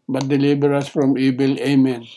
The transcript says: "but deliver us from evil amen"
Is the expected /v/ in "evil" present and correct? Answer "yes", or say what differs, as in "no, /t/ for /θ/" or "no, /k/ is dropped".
no, /b/ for /v/